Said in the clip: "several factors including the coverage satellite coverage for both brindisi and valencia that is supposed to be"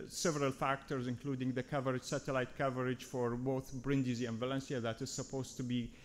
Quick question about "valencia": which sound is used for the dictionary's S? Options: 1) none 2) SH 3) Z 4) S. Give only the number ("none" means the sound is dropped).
4